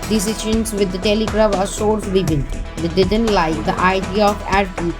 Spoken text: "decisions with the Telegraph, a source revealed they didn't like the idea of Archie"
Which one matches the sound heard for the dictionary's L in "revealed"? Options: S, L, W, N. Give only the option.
N